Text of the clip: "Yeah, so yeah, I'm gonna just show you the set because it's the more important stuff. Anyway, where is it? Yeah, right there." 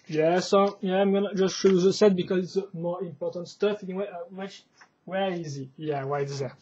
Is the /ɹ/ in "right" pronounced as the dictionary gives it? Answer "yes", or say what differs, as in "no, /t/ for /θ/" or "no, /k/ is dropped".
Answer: no, /w/ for /ɹ/